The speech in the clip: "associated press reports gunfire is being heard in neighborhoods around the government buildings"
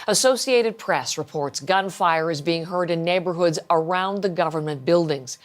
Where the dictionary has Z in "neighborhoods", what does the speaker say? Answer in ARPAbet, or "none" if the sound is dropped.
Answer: Z